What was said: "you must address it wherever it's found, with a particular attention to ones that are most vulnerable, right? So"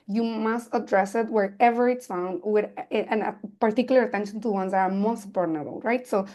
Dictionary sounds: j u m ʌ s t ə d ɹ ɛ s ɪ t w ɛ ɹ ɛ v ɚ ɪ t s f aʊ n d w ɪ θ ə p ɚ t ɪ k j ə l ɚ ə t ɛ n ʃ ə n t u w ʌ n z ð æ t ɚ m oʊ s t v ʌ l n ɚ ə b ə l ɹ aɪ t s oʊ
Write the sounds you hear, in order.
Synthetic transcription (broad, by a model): j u m ʌ s t ə d ɹ ɛ s ɪ t w ɛ ɹ ɛ v ɚ ɪ t s f aʊ n d w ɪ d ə p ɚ t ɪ k j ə l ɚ ə t ɛ n ʃ ə n t u w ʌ n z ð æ t ɚ m oʊ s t p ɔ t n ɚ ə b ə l ɹ aɪ t s oʊ